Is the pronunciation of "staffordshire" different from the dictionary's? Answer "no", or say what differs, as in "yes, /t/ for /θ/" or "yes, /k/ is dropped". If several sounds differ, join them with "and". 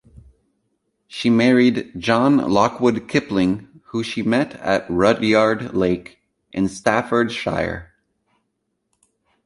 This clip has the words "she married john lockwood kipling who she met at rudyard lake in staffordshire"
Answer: no